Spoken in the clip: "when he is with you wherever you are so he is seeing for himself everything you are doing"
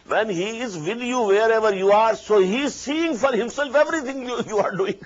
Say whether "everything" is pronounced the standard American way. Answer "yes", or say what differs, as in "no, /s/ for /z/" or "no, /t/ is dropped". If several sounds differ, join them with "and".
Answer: no, /t/ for /θ/